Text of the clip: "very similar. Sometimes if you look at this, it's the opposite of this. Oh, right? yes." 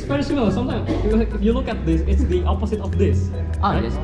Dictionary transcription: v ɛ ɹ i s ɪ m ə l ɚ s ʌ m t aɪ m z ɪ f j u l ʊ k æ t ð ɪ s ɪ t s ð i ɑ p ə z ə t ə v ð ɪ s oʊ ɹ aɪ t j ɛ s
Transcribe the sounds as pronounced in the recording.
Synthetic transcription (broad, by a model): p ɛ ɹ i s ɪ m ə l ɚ s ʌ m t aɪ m ɪ f j u l ʊ k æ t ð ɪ s ɪ t s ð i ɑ p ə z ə t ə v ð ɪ s oʊ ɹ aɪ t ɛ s